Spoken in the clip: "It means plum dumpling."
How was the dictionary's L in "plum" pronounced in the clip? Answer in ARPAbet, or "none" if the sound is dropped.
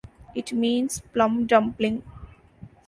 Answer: L